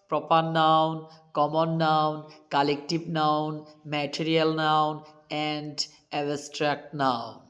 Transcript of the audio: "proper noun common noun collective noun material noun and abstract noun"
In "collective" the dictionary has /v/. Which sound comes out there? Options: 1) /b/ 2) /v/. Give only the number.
1